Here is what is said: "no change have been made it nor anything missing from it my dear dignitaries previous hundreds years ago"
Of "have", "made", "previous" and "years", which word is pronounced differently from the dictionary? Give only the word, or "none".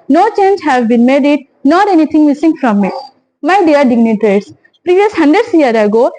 years